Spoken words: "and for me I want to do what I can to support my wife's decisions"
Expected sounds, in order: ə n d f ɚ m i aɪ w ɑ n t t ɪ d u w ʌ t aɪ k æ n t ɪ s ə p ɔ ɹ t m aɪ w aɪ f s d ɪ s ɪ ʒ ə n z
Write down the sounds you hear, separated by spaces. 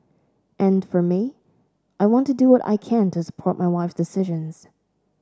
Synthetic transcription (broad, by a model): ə n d f ɚ m i aɪ w ɑ n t t ɪ d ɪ w ʌ t aɪ k æ n t ɪ s ə p ɔ ɹ t m aɪ w aɪ f s d ɪ s ɪ ʒ ə n z